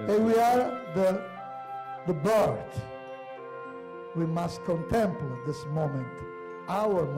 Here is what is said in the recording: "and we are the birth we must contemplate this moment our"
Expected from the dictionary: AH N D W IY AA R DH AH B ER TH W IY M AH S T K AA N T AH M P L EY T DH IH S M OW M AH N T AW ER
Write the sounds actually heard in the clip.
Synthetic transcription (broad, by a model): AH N W IY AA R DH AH B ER T W IY M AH S T K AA N T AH M P L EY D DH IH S M OW M AH N T AW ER